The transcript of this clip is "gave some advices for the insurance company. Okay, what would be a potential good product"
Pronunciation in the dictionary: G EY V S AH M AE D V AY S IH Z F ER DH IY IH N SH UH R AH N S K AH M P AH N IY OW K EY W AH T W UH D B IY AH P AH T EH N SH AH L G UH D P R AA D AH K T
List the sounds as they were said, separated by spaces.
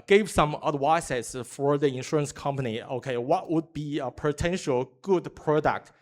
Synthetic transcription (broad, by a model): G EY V S AH M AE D W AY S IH S F ER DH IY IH N SH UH R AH N S K AH M P AH N IY OW K EY W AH T W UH D B IY AH P AH T EH N SH AH L G UH D P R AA D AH K T